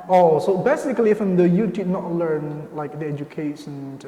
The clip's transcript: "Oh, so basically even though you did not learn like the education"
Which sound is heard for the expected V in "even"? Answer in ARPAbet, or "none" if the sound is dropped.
F